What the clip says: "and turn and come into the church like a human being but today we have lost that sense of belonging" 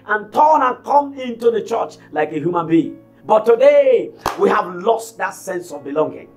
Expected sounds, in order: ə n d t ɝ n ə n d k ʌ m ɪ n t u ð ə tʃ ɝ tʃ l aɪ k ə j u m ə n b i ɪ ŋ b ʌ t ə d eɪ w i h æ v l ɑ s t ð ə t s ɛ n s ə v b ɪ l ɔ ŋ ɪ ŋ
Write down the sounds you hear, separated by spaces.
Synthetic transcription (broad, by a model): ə n t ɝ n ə n k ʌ m ɪ n t u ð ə tʃ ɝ tʃ l aɪ k ə j u m ə n b i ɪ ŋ b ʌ t ə d eɪ w i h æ v l ɑ s t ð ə t s ɛ n s ə v b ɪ l ɔ ŋ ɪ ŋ